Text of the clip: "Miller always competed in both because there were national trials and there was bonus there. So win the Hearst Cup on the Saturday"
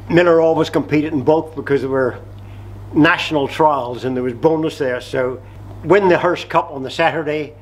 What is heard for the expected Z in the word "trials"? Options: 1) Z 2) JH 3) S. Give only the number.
1